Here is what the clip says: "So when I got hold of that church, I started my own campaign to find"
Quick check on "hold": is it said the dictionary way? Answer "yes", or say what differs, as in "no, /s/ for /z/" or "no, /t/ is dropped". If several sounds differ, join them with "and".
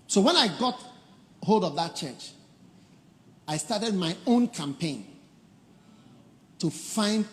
yes